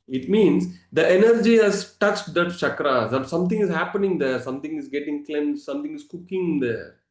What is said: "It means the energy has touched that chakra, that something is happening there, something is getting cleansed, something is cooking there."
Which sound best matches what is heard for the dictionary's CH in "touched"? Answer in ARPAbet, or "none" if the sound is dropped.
CH